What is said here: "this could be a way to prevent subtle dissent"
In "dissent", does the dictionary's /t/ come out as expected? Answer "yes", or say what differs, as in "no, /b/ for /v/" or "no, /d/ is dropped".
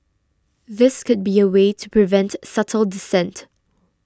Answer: yes